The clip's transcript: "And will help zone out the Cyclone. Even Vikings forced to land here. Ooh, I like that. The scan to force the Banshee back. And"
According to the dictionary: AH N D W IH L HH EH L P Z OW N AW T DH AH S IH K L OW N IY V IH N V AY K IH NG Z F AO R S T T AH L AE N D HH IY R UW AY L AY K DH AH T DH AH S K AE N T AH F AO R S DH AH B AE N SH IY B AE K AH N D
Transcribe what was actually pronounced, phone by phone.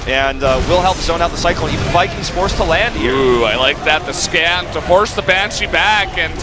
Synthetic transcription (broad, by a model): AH N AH W IH L HH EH L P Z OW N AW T DH AH S IH K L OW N IY V IH N F AY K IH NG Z F AO R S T T AH L AE N D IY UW AY L AY K DH AH T DH AH S K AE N T AH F AO R S DH AH B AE N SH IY B AE K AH N